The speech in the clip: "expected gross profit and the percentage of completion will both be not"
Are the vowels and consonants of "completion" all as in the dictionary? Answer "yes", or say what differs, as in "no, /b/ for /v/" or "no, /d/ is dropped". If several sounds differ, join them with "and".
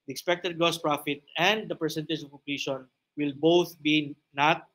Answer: no, /m/ is dropped